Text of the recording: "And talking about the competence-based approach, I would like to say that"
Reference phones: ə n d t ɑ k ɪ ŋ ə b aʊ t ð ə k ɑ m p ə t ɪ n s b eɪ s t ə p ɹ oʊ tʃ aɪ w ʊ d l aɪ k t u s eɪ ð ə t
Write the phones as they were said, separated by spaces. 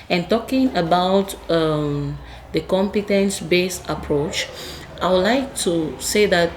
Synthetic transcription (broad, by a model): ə n t ɑ k ɪ ŋ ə b aʊ t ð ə k ɑ m p ə t ɪ n s b eɪ s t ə p ɹ oʊ tʃ aɪ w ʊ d l aɪ k t u s eɪ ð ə t